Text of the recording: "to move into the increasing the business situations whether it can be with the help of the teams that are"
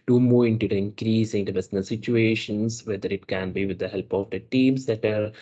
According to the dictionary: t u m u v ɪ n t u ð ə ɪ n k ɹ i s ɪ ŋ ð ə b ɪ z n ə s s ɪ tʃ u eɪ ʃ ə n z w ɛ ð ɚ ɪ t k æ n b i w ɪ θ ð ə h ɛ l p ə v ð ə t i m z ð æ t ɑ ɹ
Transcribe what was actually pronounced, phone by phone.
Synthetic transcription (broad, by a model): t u m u ɪ n t u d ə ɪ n k ɹ i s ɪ ŋ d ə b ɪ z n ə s s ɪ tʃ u eɪ ʃ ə n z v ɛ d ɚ ɪ t k æ n b i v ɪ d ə h ɛ l p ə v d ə t i m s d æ t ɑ ɹ